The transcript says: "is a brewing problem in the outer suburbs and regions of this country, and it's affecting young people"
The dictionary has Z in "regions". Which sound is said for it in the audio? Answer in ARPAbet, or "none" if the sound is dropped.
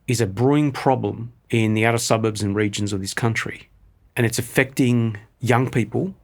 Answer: Z